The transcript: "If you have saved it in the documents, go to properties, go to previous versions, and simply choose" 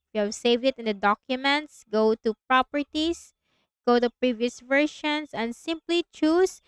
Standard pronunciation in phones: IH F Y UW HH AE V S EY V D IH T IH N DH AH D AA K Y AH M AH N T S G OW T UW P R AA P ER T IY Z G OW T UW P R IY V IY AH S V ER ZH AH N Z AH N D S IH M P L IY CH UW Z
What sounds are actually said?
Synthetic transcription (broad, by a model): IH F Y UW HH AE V S EY V D IH T IH N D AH D AA K Y AH M AH N T S G OW T UW P R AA P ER T IY S G OW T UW P R IY V IY AH S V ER SH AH N S AH N D S IH M P L IY CH UW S